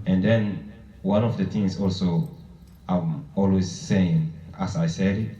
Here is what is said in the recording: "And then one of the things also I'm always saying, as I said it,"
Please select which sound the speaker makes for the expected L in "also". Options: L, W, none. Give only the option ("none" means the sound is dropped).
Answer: L